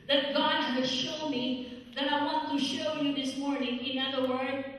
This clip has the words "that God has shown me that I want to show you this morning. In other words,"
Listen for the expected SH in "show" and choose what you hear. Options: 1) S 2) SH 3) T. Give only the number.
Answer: 2